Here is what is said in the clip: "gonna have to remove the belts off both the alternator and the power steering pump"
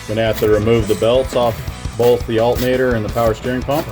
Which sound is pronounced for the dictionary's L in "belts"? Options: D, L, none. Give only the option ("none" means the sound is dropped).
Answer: L